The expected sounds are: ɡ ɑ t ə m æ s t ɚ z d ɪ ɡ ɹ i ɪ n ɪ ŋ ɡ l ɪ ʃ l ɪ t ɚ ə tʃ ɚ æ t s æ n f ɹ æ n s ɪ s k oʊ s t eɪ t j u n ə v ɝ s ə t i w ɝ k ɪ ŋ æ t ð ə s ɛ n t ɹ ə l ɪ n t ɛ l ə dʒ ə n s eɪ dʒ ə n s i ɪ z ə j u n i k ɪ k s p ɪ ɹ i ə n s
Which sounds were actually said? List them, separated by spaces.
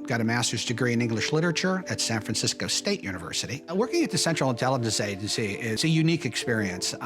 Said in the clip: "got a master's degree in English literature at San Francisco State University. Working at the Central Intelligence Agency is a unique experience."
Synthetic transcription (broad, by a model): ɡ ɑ t ə m æ s t ɚ z d ɪ ɡ ɹ i ɪ n ɪ ŋ ɡ l ɪ ʃ l ɪ t ɚ ə tʃ ɚ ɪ t s æ n f ɹ æ n s ɪ s k oʊ s t eɪ t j u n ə v ɝ s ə t i w ɝ k ɪ ŋ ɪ t ð ə s ɛ n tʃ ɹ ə l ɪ n t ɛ l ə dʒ n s eɪ dʒ n s i ɪ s ə j u n i k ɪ k s p ɪ ɹ i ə n s